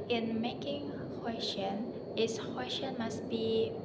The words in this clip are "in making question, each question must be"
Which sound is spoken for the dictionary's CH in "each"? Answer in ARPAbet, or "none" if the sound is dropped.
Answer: S